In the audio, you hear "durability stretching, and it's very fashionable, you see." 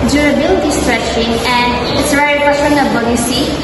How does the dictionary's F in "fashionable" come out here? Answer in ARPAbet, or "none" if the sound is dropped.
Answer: P